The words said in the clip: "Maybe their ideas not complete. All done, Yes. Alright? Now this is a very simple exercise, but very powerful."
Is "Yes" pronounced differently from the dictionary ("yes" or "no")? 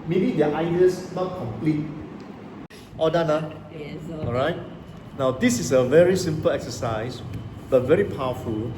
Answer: yes